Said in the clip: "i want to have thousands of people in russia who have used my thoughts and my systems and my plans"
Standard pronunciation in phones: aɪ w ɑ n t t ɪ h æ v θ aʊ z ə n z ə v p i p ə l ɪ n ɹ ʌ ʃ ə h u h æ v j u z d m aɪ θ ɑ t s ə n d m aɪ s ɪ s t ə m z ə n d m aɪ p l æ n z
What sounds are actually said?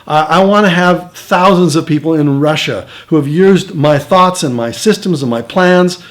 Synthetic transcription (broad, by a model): aɪ w ɑ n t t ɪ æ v θ aʊ z ə n z ə v p i p l ɪ n ɹ ʌ ʃ ə h u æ v j u z d m aɪ θ ɑ t s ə n m aɪ s ɪ s t ə m z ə n m aɪ p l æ n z